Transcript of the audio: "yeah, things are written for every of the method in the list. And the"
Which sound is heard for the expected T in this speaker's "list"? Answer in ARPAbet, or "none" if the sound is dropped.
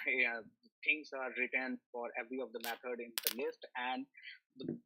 T